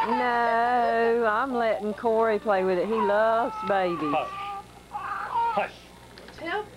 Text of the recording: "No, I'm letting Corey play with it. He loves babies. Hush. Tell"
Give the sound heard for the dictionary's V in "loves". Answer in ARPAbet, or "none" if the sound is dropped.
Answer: V